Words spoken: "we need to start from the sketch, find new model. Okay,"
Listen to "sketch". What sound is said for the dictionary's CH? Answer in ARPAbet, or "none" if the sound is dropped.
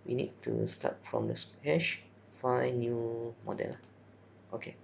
SH